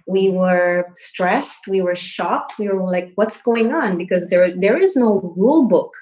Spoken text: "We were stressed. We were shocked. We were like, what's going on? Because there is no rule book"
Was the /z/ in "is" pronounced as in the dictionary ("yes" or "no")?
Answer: yes